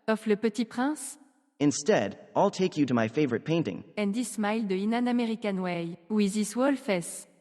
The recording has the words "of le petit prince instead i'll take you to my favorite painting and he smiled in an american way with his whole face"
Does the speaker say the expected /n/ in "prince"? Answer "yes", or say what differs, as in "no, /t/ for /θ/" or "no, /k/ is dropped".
no, /n/ is dropped